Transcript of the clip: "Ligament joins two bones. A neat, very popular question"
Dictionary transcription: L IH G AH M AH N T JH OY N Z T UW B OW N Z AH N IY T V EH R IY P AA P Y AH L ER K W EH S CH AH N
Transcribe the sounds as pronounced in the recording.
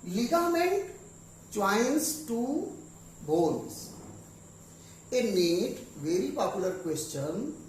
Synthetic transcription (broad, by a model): L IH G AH M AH N T CH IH N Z T UW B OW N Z AH N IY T V EH R IY P AA P Y AH L ER K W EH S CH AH N